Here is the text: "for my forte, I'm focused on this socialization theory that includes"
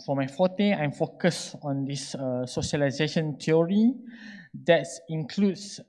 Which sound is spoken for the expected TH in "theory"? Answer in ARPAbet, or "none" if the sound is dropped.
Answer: T